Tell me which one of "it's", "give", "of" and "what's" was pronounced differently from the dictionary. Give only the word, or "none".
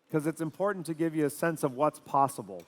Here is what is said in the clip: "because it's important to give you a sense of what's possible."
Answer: none